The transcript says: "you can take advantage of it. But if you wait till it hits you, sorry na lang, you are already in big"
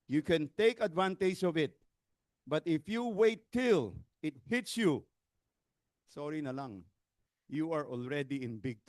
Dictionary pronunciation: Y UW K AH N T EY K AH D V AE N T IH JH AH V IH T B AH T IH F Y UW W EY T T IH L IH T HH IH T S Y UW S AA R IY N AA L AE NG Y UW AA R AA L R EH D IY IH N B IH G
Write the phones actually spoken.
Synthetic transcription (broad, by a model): Y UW K AH N T EY K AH D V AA N T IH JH AH V IH T B AH T IH F Y UW W EY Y T IH L IH T HH IH T S Y UW S AA R IY N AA L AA NG Y UW AA R AA L R EH D IY IH N B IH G